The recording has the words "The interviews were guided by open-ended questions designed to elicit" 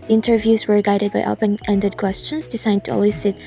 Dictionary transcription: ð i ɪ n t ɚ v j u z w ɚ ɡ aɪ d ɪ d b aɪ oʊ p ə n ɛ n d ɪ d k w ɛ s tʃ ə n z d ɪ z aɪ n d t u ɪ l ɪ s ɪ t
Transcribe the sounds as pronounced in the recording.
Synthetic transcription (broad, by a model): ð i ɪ n t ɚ v j u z w ɚ ɡ aɪ d ɪ d b aɪ oʊ p ə n ɛ n d ɪ d k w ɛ s tʃ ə n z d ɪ s aɪ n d t u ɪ l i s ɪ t